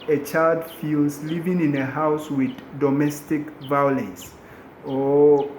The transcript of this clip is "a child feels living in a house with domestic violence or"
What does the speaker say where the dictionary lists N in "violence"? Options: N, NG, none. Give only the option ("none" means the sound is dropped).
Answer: none